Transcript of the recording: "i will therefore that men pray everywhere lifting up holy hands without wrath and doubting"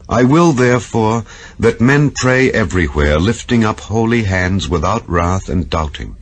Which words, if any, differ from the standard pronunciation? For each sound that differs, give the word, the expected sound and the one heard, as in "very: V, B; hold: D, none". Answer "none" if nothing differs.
none